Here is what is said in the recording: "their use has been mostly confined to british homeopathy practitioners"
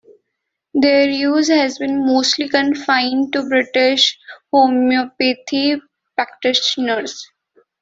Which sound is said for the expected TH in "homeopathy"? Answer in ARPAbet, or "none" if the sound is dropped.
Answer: T